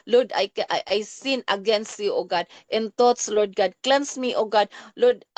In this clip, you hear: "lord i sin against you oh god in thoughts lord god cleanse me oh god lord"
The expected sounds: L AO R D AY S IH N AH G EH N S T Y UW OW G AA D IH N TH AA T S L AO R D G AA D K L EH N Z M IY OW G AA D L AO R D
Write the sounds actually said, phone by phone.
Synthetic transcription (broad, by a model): L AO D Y AY S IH N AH G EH N S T Y UW OW G AA D IH N T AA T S L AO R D G AA D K L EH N S M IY OW G AA D L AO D